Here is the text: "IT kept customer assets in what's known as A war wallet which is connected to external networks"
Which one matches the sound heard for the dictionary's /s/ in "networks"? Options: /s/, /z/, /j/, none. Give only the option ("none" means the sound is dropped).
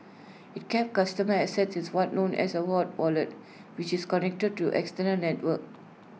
none